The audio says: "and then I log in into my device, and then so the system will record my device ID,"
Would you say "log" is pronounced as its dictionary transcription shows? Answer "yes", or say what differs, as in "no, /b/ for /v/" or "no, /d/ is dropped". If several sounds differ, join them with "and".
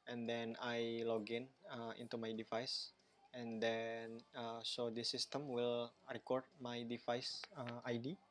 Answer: yes